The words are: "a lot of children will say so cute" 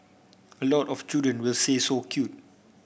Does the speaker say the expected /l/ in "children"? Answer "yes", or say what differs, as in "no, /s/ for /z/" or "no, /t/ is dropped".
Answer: no, /l/ is dropped